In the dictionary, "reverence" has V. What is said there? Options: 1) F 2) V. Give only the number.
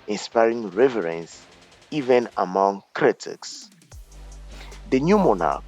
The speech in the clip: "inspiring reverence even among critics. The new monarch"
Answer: 2